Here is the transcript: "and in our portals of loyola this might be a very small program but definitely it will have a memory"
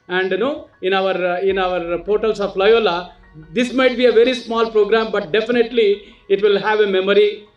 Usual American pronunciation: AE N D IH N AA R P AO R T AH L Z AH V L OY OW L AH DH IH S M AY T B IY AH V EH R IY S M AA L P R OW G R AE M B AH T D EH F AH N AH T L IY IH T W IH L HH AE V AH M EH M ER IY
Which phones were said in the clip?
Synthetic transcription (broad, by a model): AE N D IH N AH R P AO R T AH L S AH P L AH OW L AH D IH S M AY T B IY AH V EH R IY S M AA L P R OW G R AE M B AH T D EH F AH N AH T L IY IH T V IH L HH AE V AH M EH M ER IY